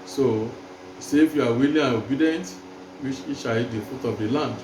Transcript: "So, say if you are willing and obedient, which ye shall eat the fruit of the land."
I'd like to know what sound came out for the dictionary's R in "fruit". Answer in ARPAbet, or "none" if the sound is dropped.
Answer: none